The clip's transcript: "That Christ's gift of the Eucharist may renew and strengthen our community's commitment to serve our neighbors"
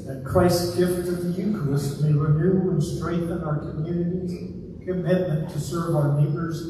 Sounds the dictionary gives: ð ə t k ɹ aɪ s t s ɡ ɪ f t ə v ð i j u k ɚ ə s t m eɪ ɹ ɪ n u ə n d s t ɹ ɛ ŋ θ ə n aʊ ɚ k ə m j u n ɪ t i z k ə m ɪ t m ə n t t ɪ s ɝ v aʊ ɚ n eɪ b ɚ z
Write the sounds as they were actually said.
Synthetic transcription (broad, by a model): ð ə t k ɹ aɪ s s ɡ ɪ f t ə v ð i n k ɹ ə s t m eɪ ɹ ɪ n u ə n s t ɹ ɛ ŋ θ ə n aʊ ɚ k ə m j u n ɪ t i z k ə m ɪ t m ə n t t ɪ s ɝ v aʊ ɚ n eɪ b ɚ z